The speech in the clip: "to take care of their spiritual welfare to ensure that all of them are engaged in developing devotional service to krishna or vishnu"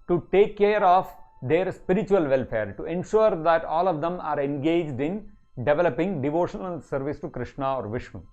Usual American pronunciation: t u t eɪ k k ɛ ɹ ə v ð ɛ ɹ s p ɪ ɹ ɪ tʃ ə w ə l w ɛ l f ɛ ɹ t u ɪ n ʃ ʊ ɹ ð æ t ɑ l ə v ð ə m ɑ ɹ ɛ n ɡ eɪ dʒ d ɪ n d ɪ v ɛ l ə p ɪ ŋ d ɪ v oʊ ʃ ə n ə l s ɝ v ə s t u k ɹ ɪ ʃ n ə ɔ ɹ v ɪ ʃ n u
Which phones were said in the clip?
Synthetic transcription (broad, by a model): t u t eɪ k k ɛ ɹ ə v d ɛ ɹ s p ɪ ɹ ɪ tʃ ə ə l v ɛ l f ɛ ɹ t u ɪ n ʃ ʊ ɹ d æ t ɑ l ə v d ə m ɑ ɹ ɛ n ɡ eɪ dʒ d ɪ n d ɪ v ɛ l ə p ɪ ŋ d ɪ v oʊ ʃ ə n ə l s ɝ v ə s t u k ɹ ɪ ʃ n ə ɔ ɹ v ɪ ʃ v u